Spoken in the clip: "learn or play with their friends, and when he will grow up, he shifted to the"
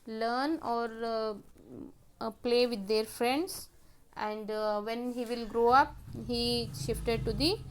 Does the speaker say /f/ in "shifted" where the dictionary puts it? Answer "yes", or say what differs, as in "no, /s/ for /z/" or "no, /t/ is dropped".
yes